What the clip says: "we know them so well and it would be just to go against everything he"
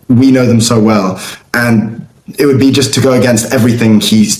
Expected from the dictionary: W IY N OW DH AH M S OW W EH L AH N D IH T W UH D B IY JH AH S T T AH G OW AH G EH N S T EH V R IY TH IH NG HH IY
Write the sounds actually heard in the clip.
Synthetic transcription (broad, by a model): W IY N OW DH AH M S OW W EH L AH N IH T W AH D B IY JH AH S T T AH G OW AH G EH N S T EH V R IY TH IH NG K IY